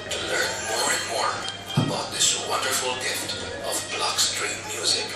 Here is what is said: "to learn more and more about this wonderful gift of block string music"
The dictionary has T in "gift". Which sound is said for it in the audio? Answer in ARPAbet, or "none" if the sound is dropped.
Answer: T